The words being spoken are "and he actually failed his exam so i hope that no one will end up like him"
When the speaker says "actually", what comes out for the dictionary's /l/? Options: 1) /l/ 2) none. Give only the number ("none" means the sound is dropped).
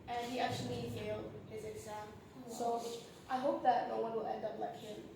1